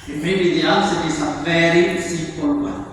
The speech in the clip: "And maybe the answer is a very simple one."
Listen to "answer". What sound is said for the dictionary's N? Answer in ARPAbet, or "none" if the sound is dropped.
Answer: none